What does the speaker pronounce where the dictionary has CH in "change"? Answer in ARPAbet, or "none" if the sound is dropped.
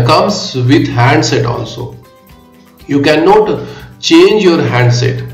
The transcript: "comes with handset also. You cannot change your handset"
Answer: CH